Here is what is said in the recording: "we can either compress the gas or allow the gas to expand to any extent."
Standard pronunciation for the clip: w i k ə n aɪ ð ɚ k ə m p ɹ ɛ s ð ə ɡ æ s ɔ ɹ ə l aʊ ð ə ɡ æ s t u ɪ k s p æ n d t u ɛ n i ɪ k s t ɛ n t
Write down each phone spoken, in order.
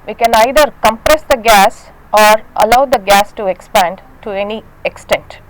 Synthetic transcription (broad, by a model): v i k ə n aɪ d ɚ k ə m p ɹ ɛ s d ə ɡ æ s ɔ ɹ ə l aʊ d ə ɡ æ s t u ɪ k s p æ n d t u ɛ n i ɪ k s t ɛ n t